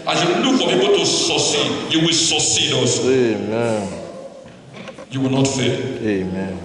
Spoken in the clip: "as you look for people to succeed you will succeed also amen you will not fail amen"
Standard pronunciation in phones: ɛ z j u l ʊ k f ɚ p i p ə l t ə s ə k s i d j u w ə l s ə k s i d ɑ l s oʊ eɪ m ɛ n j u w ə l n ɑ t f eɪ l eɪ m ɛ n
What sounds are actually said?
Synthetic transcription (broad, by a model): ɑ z j u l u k f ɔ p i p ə t ə s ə s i j u w ə l s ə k s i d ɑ s eɪ m ɛ n j u w ə l n ɑ t f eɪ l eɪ m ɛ n